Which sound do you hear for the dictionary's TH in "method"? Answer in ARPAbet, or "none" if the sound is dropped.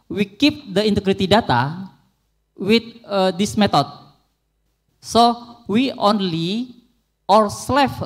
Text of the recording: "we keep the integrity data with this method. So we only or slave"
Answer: T